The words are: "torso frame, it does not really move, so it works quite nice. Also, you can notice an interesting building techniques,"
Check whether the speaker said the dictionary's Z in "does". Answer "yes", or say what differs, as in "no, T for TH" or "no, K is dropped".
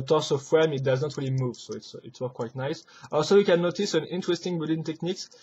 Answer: yes